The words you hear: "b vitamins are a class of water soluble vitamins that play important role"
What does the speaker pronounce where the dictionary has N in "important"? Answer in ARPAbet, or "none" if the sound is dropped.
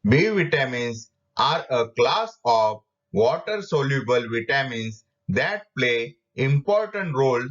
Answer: N